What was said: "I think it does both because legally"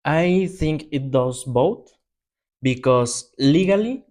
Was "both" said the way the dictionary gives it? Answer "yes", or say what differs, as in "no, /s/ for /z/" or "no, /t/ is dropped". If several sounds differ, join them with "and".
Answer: no, /t/ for /θ/